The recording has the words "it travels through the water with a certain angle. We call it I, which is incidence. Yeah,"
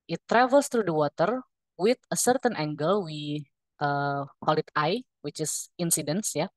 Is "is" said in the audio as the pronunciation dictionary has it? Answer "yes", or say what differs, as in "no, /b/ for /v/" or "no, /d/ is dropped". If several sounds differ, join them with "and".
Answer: no, /s/ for /z/